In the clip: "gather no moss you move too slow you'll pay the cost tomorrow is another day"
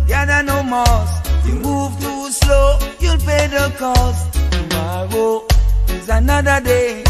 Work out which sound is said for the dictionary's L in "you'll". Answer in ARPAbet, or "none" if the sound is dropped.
L